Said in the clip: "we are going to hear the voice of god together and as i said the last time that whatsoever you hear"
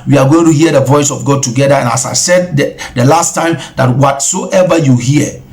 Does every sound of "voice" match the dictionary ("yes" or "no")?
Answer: yes